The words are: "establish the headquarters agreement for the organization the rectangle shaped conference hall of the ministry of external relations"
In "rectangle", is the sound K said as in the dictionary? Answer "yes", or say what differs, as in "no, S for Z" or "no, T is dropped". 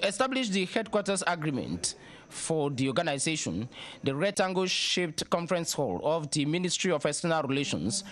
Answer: no, K is dropped